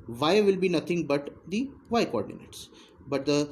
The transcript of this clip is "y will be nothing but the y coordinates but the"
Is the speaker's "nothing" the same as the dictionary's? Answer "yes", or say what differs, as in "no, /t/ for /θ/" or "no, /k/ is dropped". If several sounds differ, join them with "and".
no, /t/ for /θ/